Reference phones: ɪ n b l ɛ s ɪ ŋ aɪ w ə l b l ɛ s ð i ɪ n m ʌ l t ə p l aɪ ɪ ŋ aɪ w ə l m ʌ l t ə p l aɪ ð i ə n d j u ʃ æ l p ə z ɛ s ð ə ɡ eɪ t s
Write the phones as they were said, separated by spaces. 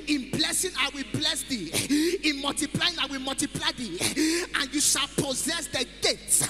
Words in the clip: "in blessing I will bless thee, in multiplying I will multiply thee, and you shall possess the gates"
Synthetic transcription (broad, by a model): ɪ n b l ɛ s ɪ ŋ aɪ w ə l b l ɛ s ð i ɪ n m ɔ l t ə p l aɪ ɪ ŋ aɪ w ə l m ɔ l t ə p l aɪ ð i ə n j u ʃ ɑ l p ə z ɛ s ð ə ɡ eɪ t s